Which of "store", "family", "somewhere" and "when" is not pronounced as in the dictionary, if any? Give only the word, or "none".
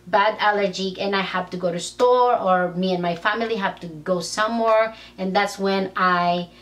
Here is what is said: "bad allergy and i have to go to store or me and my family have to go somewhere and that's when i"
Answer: none